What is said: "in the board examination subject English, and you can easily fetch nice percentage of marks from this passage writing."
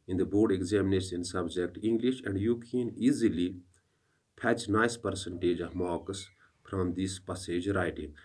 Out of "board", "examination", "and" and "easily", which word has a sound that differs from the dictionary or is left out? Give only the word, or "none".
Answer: examination